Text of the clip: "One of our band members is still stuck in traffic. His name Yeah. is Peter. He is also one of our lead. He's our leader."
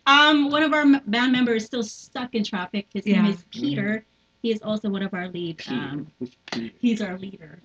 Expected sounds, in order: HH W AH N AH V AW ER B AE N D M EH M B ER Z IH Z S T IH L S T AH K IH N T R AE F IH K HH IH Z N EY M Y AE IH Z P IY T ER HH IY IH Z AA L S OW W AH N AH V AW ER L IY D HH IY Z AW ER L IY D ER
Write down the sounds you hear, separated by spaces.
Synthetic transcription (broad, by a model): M W AH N AH V AW ER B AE N M EH M B ER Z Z S T IH L S T AH K IH N T R AE F IH K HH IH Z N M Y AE IH Z P IY T ER HH IY IH Z AA L S OW W AH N AH V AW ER L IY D HH IY Z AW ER L IY D ER